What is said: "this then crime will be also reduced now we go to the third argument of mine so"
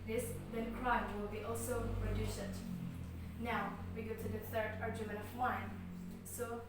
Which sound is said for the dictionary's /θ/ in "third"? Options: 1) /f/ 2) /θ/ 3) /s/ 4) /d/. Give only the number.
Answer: 3